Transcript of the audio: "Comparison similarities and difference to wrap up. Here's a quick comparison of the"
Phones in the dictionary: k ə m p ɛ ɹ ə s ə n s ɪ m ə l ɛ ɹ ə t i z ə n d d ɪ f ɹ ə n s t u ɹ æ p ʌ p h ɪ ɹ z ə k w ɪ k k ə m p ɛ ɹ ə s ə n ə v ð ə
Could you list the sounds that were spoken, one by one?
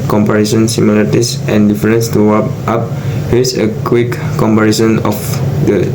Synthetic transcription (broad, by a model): k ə m p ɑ ɹ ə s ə n s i m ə l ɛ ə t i s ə n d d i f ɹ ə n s t u w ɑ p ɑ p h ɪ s ə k w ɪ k k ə m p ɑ ɹ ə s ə n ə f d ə